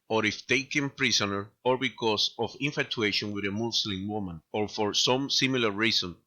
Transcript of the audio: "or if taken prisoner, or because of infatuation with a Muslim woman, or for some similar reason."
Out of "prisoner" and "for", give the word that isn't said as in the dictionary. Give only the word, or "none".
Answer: prisoner